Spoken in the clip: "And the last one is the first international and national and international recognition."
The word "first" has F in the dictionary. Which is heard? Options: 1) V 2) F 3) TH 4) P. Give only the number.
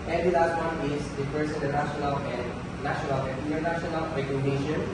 4